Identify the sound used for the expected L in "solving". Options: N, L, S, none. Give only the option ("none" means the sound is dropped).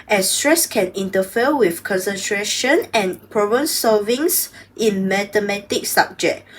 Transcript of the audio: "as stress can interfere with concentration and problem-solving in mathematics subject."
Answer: none